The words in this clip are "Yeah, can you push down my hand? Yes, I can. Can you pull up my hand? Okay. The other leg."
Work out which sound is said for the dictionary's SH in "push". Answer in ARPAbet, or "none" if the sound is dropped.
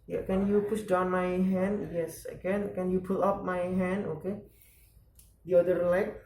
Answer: S